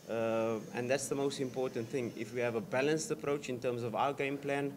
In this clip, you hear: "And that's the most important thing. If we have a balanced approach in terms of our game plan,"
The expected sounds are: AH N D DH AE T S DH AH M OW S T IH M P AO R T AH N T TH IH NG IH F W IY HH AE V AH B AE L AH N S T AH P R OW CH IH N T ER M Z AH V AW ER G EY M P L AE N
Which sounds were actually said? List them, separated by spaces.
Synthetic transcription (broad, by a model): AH N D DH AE T S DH AH M OW S T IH M P AO T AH N T TH IH NG IH F W IY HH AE V AH B AE L AH N S T AH P R OW CH IH N T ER M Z AH V AW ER G EY M P L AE N